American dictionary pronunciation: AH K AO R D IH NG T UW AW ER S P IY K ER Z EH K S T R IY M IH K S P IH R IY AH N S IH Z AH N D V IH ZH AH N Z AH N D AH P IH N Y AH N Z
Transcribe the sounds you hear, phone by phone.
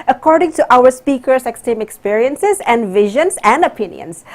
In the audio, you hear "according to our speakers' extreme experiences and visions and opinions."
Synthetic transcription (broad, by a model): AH K AO R D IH NG T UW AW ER S P IY K ER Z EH K S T IY M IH K S P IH R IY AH N S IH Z AH N D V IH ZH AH N S AH N D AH P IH N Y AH N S